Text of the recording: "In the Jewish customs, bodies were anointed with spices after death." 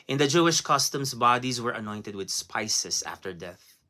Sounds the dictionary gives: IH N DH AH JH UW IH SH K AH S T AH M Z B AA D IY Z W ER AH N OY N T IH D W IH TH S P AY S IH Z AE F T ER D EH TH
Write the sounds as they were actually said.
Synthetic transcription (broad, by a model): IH N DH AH JH UW IH SH K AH S T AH M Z B AA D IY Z W ER AH N OY N T IH D W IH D S P AY S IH S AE F T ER D EH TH